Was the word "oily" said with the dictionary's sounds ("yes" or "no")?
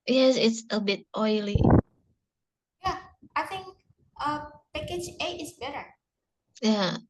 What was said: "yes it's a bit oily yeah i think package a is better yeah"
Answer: yes